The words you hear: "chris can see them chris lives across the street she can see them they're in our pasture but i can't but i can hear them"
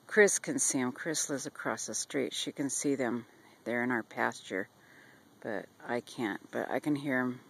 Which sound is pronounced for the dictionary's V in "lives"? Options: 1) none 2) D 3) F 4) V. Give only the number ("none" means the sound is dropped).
1